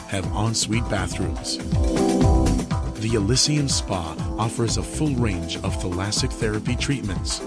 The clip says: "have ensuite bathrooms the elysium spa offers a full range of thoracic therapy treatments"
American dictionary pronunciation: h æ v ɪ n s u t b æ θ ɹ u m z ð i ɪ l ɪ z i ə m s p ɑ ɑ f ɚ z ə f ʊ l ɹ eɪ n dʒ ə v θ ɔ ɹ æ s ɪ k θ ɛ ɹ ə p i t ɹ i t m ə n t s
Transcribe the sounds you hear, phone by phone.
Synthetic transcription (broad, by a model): h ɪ v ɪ n s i t b æ θ ɹ u m z ð i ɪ l ɪ s i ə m s p ɑ ɑ f ɚ z ə f ʊ l ɹ eɪ n dʒ ə v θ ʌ l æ s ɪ k θ ɛ ɹ ə p i t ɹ i t m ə n t s